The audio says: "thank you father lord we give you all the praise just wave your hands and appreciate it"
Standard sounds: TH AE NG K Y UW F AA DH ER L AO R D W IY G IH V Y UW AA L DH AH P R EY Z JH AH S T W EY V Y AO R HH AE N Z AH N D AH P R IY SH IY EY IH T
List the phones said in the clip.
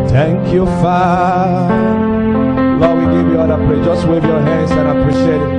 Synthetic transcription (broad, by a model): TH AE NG K Y UW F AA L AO W IY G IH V Y UW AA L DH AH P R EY JH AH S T W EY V Y AO R HH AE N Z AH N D AH P R IY SH IY EY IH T